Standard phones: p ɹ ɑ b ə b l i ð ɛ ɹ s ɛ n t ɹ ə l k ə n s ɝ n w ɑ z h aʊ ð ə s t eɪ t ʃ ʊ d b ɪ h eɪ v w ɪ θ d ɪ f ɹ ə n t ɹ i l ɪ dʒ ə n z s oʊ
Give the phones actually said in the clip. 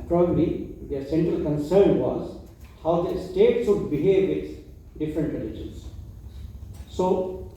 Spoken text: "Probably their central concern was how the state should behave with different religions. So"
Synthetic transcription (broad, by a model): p ɹ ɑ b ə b l i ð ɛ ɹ s ɛ n t ɹ ə l k ə n s ɝ n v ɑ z h aʊ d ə s t eɪ t s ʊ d b ɪ h eɪ v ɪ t d ɪ f ɹ ə n t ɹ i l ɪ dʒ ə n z s oʊ